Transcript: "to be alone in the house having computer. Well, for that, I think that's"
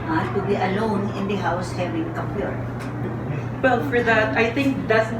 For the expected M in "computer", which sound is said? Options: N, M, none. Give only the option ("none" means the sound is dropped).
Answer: none